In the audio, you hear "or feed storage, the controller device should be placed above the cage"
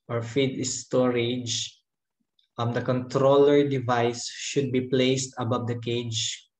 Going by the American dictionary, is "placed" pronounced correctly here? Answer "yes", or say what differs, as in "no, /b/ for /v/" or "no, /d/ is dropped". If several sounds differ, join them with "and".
yes